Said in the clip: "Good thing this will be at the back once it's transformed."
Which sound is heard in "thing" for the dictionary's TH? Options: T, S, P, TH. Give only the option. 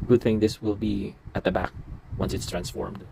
TH